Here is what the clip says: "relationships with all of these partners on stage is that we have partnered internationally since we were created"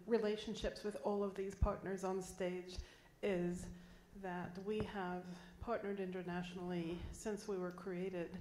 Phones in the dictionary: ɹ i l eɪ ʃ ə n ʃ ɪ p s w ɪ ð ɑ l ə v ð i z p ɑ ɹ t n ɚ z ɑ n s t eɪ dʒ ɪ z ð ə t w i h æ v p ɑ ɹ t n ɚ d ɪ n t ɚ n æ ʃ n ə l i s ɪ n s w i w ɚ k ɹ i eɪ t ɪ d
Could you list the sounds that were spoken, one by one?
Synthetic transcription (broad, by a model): ɹ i l eɪ ʃ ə n ʃ ɪ p s w ɪ ð ɑ l ə v ð i z p ɑ ɹ t n ɚ z n s t eɪ dʒ ɪ z ð ə t w i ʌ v p ɑ ɹ t n ɚ d ɪ n t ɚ n æ ʃ n l i s ɪ n s w i w ɚ k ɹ i eɪ t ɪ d